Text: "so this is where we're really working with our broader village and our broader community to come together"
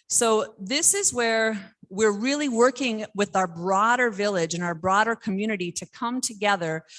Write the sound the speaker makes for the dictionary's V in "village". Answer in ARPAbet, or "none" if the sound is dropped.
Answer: V